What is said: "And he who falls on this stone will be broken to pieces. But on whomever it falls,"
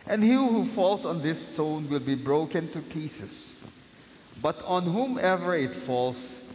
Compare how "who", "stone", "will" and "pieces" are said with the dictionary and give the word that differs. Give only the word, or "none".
pieces